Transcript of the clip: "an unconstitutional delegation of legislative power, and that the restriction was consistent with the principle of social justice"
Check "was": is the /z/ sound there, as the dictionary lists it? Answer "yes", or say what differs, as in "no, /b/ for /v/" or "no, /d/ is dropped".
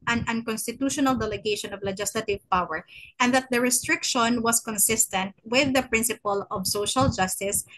no, /s/ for /z/